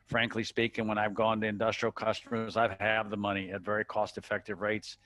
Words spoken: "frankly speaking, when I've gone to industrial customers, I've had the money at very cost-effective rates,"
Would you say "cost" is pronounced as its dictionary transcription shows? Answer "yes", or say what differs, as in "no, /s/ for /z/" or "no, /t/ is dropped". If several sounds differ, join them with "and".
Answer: yes